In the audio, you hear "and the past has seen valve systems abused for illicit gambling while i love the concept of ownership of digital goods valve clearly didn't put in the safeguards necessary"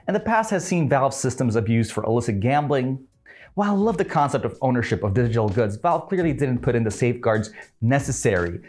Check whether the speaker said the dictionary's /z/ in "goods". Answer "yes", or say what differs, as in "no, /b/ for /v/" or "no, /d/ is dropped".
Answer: yes